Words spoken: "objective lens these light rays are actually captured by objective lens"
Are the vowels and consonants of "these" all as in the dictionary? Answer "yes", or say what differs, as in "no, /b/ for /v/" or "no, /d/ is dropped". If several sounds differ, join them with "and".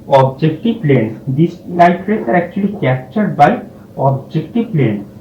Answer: no, /s/ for /z/